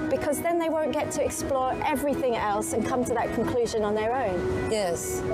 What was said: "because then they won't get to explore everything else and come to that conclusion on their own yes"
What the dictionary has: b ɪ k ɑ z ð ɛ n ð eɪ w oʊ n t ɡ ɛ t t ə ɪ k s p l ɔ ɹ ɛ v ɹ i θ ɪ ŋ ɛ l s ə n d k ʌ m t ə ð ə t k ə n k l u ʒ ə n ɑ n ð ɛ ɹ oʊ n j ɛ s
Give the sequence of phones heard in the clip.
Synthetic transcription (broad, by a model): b ɪ k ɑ z ð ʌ n ð eɪ w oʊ n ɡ ɛ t t ə ɪ k s p l ɔ ɹ ɛ v ɹ i θ ɪ ŋ ɛ l s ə n k ʌ m t ə ð ə t k ə n k l u ʒ ə n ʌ n ð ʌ ɹ oʊ n j ɛ s